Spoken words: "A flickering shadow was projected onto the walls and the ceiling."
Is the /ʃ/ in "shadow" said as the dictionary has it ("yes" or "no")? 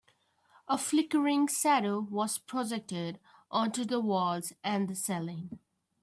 no